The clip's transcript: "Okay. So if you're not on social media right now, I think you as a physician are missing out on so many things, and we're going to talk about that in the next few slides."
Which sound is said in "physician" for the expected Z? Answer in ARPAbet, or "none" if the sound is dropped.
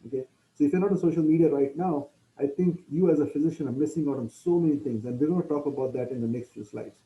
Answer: Z